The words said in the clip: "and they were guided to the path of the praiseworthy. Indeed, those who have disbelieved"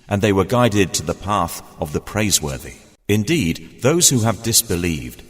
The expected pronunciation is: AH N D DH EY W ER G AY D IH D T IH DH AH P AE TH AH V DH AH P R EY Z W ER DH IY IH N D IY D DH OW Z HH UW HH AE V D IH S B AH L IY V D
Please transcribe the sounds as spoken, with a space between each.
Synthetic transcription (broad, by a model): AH N DH EY W ER G AY D IH D T IH DH AH P AE TH AH V DH AH P R EY Z W ER DH IY IH N D IY D DH OW Z HH UW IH V D IH S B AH L IY V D